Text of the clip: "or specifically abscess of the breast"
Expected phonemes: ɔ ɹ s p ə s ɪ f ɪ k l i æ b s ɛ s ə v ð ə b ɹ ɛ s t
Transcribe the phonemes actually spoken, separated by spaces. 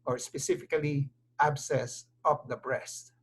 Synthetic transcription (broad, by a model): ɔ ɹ s p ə s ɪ f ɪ k l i æ b s ɛ s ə p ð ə b ɹ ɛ s t